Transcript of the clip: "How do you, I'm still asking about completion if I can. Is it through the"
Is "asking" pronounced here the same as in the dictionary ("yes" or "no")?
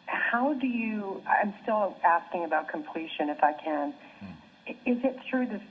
yes